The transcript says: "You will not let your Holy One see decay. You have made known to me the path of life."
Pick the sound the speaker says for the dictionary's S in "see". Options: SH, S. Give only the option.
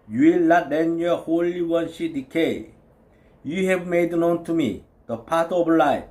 SH